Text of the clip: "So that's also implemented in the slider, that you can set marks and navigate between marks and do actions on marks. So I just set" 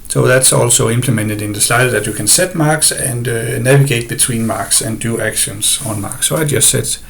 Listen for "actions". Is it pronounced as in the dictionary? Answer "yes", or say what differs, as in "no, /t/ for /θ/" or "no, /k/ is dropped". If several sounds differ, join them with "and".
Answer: no, /s/ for /z/